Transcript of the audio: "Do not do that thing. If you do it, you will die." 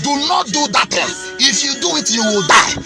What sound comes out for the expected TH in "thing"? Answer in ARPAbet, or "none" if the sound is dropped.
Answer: T